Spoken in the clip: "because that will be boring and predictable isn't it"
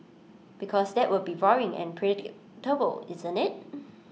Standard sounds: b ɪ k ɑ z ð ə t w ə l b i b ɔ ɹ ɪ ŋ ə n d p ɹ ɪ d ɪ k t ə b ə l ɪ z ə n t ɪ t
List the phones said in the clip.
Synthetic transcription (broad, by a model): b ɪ k ɑ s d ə t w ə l b i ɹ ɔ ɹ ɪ ŋ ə n p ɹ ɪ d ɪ t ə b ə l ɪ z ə n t ɪ t